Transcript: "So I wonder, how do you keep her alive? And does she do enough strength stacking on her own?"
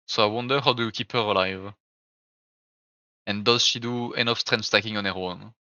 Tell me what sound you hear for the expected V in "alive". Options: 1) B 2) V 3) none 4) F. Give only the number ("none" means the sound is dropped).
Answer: 2